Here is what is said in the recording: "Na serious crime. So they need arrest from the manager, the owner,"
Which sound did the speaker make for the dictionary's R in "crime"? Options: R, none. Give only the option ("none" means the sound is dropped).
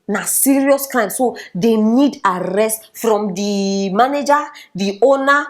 none